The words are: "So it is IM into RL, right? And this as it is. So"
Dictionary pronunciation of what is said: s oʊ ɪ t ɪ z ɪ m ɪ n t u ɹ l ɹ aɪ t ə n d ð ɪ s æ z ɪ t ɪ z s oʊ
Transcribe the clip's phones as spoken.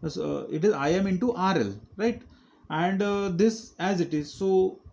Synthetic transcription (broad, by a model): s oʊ ɪ t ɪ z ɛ m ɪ n t u ɹ l ɹ aɪ t ə n d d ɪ s æ z ɪ t ɪ z s oʊ